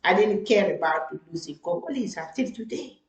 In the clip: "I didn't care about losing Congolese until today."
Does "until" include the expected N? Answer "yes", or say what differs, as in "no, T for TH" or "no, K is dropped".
no, N is dropped